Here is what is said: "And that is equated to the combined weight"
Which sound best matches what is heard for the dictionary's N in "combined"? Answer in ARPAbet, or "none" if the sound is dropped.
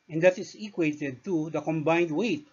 N